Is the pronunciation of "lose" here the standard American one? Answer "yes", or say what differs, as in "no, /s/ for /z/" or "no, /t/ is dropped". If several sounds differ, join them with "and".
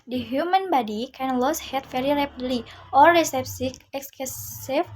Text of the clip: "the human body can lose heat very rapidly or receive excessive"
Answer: no, /s/ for /z/